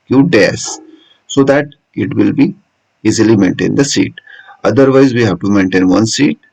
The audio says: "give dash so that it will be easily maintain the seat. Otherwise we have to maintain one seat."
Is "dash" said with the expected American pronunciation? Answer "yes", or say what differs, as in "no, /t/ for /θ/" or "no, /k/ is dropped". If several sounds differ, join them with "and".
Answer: no, /s/ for /ʃ/